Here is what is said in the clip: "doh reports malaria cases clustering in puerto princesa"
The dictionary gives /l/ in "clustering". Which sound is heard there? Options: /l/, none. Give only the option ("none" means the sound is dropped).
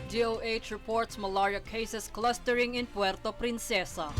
/l/